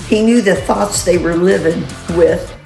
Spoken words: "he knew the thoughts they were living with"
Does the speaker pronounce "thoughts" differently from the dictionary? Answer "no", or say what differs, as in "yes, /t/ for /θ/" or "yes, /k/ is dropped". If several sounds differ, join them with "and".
no